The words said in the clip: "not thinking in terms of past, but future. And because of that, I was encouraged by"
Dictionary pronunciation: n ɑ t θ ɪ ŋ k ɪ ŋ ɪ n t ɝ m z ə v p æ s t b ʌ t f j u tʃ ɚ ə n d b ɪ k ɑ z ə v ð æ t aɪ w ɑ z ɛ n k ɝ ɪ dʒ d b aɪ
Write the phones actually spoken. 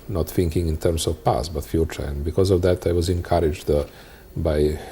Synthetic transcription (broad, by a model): n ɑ t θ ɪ ŋ k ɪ ŋ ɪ n t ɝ m s ə v p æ s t b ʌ t f j u tʃ ɚ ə n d b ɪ k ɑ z ə v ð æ t aɪ w ɑ z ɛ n k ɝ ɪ dʒ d b aɪ